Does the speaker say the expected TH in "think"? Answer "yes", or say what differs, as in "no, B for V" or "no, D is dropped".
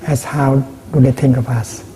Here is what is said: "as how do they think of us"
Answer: no, T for TH